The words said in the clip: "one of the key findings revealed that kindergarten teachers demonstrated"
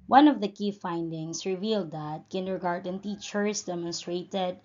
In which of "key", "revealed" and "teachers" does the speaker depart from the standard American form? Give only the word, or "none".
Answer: teachers